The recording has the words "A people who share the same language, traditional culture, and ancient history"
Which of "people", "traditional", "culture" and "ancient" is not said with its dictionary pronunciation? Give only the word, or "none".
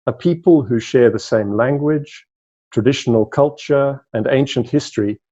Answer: none